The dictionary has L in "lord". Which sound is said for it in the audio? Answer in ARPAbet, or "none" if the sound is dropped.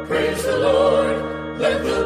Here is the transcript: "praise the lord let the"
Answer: L